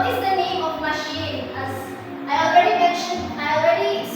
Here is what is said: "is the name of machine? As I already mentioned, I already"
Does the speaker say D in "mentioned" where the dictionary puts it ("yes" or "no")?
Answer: no